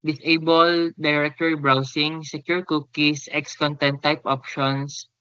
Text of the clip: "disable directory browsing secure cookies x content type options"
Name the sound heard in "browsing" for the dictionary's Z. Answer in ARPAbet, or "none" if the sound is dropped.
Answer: S